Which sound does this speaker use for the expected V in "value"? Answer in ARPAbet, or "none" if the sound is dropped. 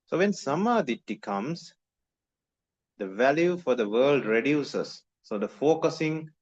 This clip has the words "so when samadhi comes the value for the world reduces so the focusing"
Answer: V